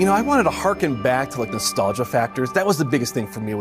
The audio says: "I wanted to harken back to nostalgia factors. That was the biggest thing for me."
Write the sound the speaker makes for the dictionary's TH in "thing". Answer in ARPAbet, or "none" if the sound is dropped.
TH